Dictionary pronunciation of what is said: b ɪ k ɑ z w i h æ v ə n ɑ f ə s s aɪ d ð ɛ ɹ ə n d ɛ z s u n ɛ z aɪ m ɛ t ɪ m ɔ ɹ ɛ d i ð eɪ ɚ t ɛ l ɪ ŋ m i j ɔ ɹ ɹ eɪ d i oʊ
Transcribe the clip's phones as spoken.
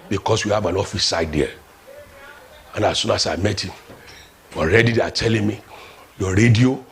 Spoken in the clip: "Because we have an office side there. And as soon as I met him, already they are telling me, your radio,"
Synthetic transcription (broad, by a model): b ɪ k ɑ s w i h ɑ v ə n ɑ f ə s s aɪ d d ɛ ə n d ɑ s u n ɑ s aɪ m ɛ t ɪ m ɔ ɹ ɛ d i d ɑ t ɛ l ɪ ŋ m i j ɔ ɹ ɹ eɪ d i oʊ